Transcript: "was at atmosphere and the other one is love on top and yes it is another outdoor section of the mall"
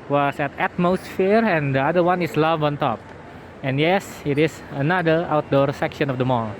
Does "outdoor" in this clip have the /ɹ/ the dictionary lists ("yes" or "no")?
yes